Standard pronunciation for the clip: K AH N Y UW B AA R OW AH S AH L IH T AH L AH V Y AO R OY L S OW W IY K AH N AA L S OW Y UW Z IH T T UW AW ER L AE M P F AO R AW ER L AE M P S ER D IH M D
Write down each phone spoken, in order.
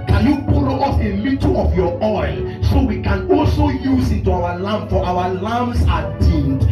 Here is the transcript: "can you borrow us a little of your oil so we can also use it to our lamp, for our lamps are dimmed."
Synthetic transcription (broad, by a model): K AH N Y UW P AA L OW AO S AH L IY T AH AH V Y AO OY L S OW W IY K AH N AA L S OW Y UW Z IH T T UW AW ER L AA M F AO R AW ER L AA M S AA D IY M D